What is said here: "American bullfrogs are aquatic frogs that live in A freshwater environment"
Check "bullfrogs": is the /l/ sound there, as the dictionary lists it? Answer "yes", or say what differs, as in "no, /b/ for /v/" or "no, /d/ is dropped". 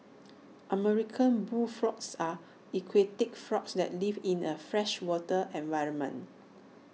no, /l/ is dropped